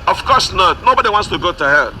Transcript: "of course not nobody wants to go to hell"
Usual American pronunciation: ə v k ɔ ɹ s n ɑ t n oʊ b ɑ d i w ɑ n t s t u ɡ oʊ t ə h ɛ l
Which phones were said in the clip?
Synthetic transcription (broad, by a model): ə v k ɔ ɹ s n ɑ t n oʊ b ɑ d i w ɑ n t s t u ɡ oʊ t ə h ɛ